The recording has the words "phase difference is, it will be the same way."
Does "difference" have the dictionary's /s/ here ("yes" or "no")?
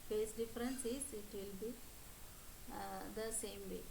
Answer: yes